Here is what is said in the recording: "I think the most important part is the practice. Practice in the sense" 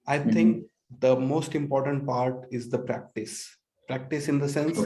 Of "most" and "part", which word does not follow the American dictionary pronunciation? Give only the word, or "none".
none